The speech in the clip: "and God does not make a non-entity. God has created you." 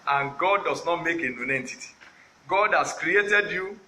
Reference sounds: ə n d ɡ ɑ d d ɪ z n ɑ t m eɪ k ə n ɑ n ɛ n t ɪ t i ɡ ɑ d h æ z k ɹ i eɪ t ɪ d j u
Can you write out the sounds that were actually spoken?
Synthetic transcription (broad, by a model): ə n ɡ ɑ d d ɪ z n ɑ t m eɪ k ə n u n ɛ n t ɪ t i ɡ ɑ d h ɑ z k ɹ i eɪ t ɪ d j u